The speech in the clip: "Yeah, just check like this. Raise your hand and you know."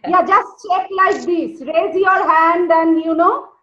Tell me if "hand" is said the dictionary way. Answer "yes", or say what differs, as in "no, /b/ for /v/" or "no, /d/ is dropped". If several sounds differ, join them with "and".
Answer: yes